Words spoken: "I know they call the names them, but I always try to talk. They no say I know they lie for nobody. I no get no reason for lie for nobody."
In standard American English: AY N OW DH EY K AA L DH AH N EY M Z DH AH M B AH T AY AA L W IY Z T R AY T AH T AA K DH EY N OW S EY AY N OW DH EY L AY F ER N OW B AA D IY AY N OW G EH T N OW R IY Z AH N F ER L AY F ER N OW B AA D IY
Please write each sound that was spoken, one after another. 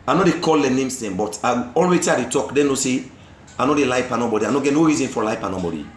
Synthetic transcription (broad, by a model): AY N OW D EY K AA L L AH N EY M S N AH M B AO T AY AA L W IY T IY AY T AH T AA K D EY N OW S EY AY N OW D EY L AY P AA N OW B AA D IY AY N OW G EH T N OW R IY Z AH N F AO L AY P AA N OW B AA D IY